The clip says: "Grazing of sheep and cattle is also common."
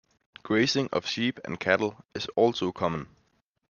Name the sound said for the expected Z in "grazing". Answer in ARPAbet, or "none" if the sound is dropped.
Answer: S